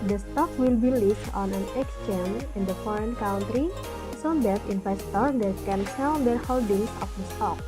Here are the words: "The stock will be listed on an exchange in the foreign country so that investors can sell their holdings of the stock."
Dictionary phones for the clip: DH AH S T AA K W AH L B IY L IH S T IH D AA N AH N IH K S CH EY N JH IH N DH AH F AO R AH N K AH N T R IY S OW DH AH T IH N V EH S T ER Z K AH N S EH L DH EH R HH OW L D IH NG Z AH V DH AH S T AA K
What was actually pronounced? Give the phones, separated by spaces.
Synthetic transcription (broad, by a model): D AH S T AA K W AH L B IY L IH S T AA N AH N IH K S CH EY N IH N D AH F AO R AH N K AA N T R IY S OW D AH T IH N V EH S T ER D K AH N S EH L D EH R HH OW L D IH NG S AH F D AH S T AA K